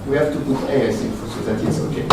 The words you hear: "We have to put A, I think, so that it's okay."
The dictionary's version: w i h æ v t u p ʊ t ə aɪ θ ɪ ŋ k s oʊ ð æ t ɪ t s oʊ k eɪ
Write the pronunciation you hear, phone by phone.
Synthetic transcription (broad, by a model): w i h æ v t u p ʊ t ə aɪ s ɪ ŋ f s oʊ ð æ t ɪ t s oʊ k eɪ